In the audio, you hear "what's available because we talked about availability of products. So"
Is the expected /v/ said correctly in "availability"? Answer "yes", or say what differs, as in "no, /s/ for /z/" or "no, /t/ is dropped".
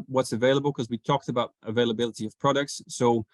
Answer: yes